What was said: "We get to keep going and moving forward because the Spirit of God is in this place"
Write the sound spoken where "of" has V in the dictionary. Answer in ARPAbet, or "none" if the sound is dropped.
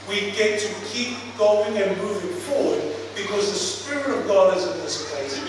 V